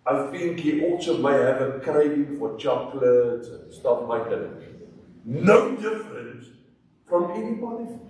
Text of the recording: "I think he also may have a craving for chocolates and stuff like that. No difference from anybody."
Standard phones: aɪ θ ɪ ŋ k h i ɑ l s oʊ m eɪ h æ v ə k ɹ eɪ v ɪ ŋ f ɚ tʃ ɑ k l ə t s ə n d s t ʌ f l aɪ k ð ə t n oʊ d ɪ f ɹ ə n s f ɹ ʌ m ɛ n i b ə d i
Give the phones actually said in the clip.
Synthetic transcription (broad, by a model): aɪ θ ɪ ŋ k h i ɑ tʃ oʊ m eɪ h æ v ə k ɹ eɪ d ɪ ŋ f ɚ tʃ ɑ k l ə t ə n s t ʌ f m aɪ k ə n n oʊ d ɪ f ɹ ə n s f ɹ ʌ m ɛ n i b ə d i